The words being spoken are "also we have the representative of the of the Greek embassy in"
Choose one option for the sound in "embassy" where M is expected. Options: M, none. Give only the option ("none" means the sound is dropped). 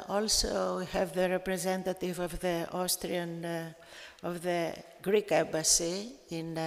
none